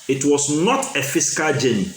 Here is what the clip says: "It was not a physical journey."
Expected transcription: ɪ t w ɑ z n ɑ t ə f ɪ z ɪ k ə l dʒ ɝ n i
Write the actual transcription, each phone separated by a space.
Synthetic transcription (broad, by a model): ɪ t w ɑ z n ɑ t ə f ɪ s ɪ k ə l dʒ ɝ n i